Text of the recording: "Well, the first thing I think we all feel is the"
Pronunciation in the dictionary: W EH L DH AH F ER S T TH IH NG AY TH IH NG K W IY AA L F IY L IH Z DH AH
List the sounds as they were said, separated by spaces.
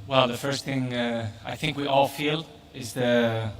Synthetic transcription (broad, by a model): W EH L DH AH F ER S T TH IH NG AY TH IH NG K W IY AA L F IY L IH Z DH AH